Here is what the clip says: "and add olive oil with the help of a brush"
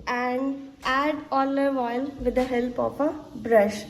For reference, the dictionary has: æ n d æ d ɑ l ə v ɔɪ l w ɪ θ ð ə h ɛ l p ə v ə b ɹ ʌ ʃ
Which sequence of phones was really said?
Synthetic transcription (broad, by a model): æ n d æ d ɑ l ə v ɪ l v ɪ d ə h ɛ l p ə p ə b ɹ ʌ ʃ